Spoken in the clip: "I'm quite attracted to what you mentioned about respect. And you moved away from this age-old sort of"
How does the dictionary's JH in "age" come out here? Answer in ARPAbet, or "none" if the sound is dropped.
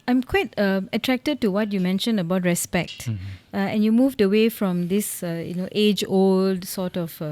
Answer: JH